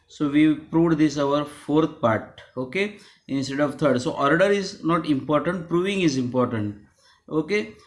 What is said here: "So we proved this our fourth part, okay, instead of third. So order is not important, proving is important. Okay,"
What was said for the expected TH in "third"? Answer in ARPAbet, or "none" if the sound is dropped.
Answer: T